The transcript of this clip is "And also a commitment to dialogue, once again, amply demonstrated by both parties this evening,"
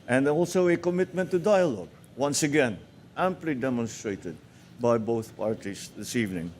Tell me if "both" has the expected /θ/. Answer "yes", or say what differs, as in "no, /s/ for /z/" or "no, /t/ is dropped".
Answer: yes